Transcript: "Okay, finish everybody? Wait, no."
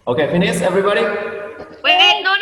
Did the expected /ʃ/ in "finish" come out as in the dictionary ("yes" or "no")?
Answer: no